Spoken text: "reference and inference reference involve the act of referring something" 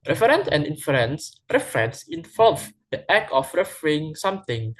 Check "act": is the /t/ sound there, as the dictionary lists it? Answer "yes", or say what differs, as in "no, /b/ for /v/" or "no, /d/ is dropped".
no, /t/ is dropped